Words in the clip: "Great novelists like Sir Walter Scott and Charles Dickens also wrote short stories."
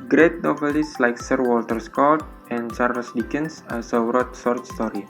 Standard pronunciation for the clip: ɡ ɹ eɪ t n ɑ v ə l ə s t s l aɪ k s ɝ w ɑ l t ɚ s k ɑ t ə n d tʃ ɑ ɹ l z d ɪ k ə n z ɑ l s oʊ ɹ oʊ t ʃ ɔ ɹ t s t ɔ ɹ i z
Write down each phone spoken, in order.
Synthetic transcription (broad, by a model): ɡ ɹ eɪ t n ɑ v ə l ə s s l aɪ k s ɝ w ɑ l t ɚ s k ɑ t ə n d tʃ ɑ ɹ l s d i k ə n s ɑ s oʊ ɹ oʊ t s ɔ ɹ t s t ɔ ɹ i